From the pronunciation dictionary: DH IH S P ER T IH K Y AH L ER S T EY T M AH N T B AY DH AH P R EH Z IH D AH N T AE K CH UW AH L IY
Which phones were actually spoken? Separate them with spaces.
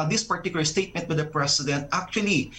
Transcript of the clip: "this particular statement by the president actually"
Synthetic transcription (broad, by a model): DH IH S P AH T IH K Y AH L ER S T EY T M AH N T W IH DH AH P R EH S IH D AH N T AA K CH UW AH L IY